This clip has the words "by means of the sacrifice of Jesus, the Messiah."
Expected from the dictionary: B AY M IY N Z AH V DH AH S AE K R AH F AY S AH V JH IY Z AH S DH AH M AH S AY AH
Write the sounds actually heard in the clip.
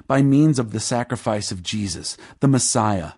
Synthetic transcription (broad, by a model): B AY M IY N Z AH V DH AH S AE K R AH F AY S AH V JH IY Z AH S DH AH M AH S AY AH